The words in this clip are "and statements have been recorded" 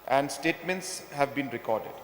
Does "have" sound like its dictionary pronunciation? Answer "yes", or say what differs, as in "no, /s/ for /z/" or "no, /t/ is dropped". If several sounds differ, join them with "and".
yes